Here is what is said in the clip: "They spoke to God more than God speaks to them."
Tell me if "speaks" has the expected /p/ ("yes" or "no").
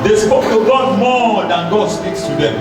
yes